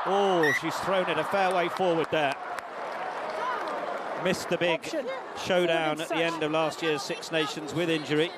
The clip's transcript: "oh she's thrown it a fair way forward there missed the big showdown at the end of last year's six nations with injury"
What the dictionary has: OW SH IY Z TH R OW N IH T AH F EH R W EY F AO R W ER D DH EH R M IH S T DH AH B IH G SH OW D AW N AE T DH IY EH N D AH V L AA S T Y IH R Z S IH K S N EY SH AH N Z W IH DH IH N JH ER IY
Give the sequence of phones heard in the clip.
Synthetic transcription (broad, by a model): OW SH IY Z TH R OW N IH T AH F EH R W EY F AO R W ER D DH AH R M IH S T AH B IH G SH OW D AW N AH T DH IY EH N D AH V L AA S T Y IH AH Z S IH K S N EY SH AH N Z W IH DH IH N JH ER IY